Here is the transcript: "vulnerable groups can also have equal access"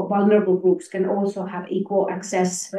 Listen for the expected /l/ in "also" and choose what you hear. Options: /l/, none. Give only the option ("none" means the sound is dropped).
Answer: /l/